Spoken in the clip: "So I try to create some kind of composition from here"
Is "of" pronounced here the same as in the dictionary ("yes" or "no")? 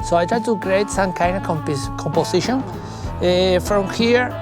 no